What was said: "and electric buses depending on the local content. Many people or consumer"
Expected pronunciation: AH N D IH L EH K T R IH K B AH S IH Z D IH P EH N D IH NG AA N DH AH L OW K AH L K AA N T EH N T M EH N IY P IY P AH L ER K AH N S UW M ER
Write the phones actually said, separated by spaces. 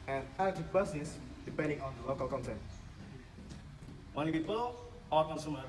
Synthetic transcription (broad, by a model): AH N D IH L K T IH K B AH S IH S D IH P EH N D IH NG AA N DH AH L OW K AH L K AA N T EH N T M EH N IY P IY P AH L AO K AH N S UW M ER